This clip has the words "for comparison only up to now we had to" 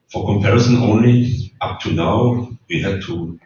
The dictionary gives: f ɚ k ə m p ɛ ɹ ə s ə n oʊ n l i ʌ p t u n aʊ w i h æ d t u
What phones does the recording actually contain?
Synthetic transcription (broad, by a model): f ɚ k ə m p ɛ ɹ ə s ə n oʊ n l i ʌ p t u n aʊ w i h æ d t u